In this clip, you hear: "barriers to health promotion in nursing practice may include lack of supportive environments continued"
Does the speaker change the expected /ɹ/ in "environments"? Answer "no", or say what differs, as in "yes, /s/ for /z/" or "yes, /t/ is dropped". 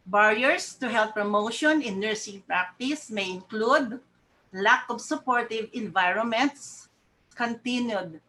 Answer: no